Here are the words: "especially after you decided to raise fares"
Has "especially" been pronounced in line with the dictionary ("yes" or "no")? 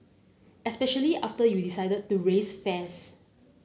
yes